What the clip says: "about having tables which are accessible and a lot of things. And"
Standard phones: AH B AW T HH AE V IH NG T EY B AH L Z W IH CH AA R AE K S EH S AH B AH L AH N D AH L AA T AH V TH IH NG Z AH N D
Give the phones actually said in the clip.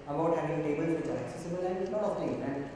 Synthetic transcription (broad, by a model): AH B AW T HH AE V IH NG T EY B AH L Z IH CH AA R AE K S EH S AH B AH L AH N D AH N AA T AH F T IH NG AH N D